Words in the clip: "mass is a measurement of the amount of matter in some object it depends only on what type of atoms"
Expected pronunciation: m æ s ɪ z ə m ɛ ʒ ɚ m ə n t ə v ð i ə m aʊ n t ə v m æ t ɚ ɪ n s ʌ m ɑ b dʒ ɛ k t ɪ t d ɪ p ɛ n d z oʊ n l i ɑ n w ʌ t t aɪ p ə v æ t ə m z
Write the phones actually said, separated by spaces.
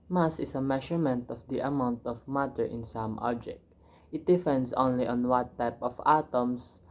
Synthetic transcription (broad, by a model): m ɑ s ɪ s ə m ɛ ʃ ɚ m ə n t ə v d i ə m aʊ n t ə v m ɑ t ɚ ɪ n s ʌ m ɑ b dʒ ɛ k t ɪ t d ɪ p ɛ n d s oʊ n l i ɑ n w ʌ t t aɪ p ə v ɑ t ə m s